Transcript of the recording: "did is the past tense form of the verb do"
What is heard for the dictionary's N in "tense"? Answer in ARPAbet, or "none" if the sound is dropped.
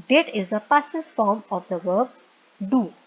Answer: none